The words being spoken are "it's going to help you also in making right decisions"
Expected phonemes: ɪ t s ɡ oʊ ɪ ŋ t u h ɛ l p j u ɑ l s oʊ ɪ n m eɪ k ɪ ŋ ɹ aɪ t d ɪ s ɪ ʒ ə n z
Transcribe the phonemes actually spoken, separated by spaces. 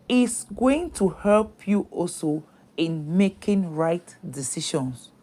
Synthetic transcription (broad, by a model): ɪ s ɡ oʊ ɪ ŋ t u h ɛ l p j u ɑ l s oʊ ɪ n m eɪ k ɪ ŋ ɹ aɪ t d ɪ s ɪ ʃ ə n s